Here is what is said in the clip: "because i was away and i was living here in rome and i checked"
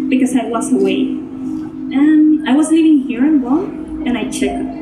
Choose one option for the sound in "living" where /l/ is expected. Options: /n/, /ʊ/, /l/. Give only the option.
/n/